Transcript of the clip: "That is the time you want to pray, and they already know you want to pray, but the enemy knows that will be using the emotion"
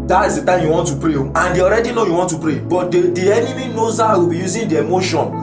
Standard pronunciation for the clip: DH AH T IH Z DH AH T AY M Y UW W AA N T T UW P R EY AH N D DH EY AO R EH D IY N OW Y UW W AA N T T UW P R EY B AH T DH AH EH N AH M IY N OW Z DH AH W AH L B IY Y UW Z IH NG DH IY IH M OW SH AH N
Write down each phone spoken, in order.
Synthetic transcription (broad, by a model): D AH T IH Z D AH T AY M Y UW W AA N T T UW P R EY AH N D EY AO R EH D IY N OW Y UW W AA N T T UW P R EY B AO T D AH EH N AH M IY N OW Z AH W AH B IY Y UW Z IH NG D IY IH M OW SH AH N